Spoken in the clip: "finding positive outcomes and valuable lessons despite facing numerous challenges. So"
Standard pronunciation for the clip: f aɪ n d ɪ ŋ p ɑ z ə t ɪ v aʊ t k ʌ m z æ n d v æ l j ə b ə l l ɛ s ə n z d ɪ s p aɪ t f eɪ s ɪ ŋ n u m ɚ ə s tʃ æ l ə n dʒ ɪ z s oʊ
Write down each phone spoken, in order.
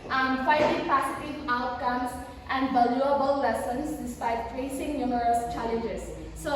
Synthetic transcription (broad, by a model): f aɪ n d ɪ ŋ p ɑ s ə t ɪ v aʊ t k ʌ m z æ n d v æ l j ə b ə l l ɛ s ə n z d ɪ s p aɪ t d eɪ s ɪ ŋ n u m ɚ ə s tʃ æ l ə n dʒ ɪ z s oʊ